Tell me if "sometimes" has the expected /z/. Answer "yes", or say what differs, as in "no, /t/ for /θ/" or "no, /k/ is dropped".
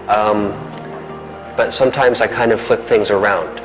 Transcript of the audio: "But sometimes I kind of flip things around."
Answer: yes